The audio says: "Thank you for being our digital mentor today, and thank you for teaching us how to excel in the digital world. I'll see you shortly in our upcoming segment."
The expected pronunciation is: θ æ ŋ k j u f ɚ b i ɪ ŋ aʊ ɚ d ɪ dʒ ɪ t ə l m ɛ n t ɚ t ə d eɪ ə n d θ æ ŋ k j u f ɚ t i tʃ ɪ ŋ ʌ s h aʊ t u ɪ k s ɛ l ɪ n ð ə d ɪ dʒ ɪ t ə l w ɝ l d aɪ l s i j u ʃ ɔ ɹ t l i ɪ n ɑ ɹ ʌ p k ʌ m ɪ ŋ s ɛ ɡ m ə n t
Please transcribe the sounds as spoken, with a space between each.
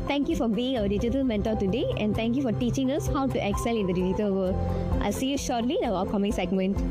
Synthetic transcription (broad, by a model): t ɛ ŋ k j u f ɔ b i ɪ ŋ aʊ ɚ d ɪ dʒ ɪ t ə l m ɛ n t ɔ t ə d eɪ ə n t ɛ ŋ k j u f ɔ t i tʃ ɪ ŋ ʌ s h aʊ t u ɪ k s ɛ l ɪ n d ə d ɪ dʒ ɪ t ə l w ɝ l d aɪ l s i j u ʃ ɔ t l i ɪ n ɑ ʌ k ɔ m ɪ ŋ s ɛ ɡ m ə n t